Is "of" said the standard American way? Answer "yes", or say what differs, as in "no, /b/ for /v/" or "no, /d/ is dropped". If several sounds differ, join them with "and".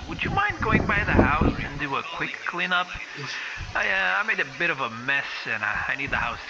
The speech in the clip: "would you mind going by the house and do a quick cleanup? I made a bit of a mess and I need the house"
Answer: yes